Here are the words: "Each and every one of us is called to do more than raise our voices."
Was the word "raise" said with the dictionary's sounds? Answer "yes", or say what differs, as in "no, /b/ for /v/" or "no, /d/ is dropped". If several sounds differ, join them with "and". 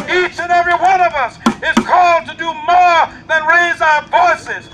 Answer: yes